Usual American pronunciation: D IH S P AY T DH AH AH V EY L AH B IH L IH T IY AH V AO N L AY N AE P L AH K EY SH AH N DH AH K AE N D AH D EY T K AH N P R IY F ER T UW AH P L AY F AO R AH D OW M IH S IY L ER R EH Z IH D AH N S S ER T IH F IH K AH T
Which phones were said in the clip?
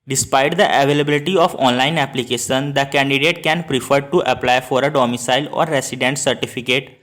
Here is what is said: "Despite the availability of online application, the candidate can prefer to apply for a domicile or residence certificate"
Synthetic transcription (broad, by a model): D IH S P AY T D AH AH V EY L AH B IH L IH T IY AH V AO N L AY N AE P L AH K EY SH AH N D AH K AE N D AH D EY T K AH N P R IY F ER T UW AH P L AY F AO R AH D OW M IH S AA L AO R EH S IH D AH N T S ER T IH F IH K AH T